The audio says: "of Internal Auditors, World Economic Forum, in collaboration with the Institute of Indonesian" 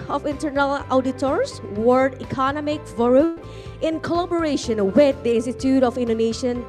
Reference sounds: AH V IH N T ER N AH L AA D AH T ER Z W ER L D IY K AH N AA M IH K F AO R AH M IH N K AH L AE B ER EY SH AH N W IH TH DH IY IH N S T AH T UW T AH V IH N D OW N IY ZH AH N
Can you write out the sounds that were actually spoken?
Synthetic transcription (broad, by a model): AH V IH N T ER N AH L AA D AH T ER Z W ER D IY K AH N AA M IH K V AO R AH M IH N K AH L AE B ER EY SH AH N W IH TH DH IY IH N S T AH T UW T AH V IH N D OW N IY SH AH N